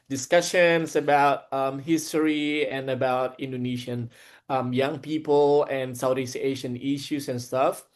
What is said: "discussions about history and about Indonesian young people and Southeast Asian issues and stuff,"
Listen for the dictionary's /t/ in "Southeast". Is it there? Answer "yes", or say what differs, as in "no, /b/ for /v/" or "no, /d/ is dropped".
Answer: no, /t/ is dropped